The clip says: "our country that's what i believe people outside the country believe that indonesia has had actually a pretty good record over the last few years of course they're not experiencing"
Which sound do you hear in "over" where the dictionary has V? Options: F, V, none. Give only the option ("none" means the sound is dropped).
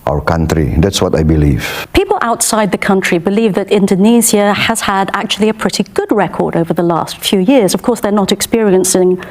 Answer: V